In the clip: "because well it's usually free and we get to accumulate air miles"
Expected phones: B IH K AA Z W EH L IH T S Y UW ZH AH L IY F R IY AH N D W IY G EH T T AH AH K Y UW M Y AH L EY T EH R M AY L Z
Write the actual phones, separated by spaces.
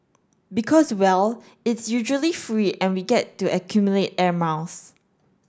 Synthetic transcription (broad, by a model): B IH K AA S W EH L IH T S Y UW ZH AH L IY F R IY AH N W IY G EH T T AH AH K Y UW M Y AH L EY T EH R M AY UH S